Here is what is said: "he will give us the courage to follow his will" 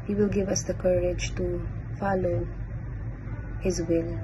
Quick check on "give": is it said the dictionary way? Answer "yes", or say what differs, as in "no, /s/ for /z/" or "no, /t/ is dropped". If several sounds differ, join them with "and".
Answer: yes